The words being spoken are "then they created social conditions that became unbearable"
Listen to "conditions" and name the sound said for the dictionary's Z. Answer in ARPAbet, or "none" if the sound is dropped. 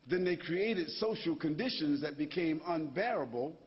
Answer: Z